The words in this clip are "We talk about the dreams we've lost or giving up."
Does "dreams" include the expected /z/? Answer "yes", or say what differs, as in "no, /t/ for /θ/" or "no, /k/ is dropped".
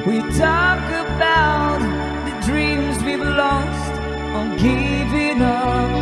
yes